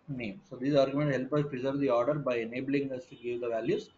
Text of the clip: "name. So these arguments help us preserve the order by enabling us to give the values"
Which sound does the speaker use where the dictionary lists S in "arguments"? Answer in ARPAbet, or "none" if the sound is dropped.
none